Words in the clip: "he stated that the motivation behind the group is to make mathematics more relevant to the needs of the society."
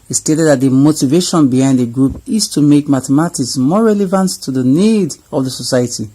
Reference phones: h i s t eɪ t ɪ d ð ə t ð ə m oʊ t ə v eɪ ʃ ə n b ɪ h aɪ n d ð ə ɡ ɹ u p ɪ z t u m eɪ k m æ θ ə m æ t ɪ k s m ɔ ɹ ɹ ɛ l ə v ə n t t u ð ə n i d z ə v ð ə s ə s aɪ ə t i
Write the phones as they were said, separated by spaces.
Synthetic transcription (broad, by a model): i s t eɪ t ɪ d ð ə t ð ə m oʊ t ə v eɪ ʃ ə n b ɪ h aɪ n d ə ɡ ɹ u p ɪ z t u m eɪ k m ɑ t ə m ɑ t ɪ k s m ɔ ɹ ɹ ɛ l ə v ə n t t u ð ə n i d ə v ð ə s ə s aɪ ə t i